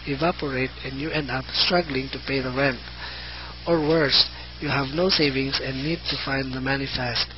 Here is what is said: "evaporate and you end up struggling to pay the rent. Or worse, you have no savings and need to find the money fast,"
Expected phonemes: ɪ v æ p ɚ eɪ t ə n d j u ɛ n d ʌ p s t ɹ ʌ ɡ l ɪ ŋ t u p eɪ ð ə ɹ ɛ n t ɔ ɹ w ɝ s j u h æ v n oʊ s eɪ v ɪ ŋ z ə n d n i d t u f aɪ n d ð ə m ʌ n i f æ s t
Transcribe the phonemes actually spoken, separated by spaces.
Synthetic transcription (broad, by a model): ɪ v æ p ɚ eɪ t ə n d j u ɛ n d ʌ p s t ɹ ʌ ɡ l ɪ ŋ t u p eɪ ð ə ɹ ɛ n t ɔ ɹ w ɝ s j u h æ v n oʊ s eɪ v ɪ ŋ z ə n n i d t u f aɪ n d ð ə m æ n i f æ s t